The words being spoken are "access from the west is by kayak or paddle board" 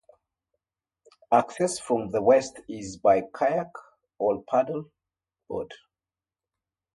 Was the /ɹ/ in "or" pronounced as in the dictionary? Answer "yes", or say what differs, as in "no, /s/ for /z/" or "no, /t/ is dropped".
no, /l/ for /ɹ/